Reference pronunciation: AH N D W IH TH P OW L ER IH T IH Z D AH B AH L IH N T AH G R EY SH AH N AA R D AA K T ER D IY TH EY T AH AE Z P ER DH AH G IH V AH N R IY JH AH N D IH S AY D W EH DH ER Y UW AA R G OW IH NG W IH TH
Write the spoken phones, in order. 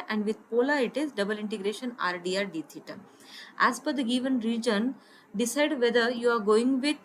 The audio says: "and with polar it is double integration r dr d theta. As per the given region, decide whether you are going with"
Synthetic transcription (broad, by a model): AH N D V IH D P OW L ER IH T IH Z D AH B AH L IH N T AH G R EY SH AH N AA R D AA T D IY T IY T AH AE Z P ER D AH G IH V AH N R IY JH AH N D IH S AY D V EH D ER Y UW AA R G OW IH NG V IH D